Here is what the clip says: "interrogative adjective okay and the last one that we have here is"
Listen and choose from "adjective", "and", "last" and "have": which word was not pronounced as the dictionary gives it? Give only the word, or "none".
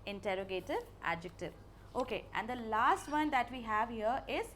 none